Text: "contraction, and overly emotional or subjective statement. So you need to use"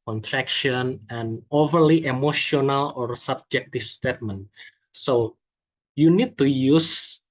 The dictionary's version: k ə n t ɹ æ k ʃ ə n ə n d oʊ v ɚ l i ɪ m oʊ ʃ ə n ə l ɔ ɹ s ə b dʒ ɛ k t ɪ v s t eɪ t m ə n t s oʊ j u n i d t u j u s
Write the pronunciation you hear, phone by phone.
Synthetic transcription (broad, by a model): k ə n t ɹ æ k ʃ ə n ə n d oʊ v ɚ l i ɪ m oʊ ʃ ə n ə l ɔ ɹ s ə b dʒ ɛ k t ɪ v s t eɪ t m ə n t s oʊ j u n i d t u j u s